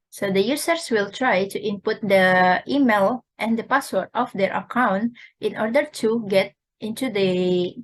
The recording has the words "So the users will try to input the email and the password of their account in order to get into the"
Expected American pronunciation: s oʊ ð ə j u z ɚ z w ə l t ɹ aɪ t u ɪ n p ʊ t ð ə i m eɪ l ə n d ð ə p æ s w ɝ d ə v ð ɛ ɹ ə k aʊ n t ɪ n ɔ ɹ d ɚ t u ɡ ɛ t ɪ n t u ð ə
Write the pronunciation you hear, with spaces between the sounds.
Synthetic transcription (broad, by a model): s oʊ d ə j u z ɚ s w ə l t ɹ aɪ t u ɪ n p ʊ t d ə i m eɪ l ə n d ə p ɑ s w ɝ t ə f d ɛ ɹ ə k aʊ n t ɪ n ɔ ɹ d ɚ t u ɡ ɛ t ɪ n t u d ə